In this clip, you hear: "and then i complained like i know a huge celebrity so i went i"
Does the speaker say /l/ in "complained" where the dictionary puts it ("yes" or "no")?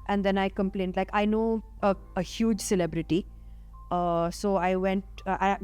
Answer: yes